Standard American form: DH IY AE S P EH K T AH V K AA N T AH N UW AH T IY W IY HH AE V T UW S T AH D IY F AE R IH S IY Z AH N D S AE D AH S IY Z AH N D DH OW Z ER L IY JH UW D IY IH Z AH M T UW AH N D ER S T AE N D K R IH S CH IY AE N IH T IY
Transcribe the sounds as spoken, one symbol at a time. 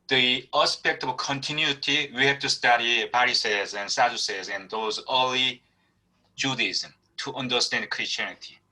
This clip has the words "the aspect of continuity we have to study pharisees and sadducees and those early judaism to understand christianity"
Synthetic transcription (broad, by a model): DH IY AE S P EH K T AH V K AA N T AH N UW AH T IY W IY HH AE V T UW S T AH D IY P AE R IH S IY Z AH N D S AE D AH S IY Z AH N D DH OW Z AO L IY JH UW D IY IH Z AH M T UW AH N D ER S T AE N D K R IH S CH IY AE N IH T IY